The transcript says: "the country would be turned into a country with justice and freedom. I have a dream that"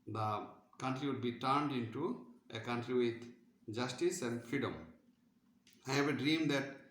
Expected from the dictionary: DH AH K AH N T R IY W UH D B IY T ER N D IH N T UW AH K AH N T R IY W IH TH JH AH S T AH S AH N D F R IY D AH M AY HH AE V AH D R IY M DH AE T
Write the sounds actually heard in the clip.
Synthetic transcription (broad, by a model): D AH K AH N T R IY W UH D B IY T ER N D IH N T UW AH K AH N T R IY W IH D JH AH S T AH S AH N D F R IY D AH M AY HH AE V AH D R IY M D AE T